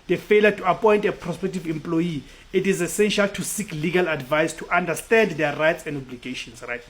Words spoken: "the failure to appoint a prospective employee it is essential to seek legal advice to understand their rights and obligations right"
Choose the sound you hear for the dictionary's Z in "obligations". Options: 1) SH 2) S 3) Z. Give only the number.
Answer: 2